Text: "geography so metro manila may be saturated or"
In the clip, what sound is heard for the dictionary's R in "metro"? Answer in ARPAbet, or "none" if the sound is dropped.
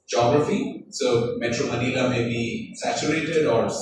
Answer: R